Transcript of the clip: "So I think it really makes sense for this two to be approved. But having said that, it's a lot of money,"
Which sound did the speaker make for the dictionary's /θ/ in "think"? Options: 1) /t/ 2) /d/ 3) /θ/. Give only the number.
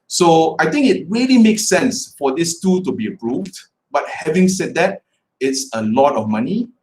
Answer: 1